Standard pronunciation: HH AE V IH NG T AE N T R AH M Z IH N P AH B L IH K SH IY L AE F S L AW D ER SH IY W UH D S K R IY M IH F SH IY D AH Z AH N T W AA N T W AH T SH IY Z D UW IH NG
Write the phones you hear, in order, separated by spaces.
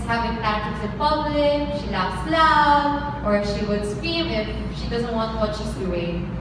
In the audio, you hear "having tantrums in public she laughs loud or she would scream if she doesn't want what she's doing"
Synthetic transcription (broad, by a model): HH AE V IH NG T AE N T AH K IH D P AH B L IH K SH IY L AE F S L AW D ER SH IY W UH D S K R IY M IH F SH IY D AH Z AH N T W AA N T W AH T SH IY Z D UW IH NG